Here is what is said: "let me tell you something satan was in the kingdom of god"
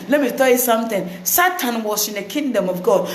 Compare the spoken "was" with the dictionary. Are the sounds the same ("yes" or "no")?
no